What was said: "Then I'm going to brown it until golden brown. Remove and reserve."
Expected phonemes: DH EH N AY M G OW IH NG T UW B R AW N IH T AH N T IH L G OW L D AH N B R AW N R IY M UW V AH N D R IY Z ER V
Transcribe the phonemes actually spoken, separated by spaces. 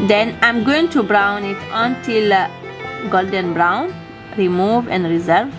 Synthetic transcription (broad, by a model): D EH N AY M G OW IH NG T UW B R AW N IH T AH N T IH L G OW L D AH N B R AW N R IY M UW V AH N D R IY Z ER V